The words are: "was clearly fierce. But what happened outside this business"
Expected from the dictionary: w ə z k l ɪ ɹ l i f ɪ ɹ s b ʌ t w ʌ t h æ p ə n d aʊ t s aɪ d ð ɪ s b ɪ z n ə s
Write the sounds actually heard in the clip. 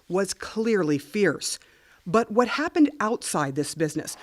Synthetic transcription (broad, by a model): w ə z k l ɪ ɹ l i f ɪ ɹ s b ʌ t w ʌ t h æ p ə n d aʊ t s aɪ d ð ɪ s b ɪ z n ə s